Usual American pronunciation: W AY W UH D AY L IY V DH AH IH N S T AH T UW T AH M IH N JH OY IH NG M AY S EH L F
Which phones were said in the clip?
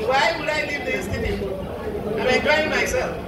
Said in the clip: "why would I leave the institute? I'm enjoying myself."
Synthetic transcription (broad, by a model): W AY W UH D AY L IY V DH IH S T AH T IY AH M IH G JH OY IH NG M AY S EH L F